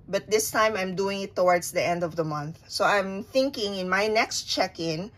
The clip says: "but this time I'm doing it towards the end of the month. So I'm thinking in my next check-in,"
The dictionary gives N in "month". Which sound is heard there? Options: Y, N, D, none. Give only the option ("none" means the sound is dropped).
N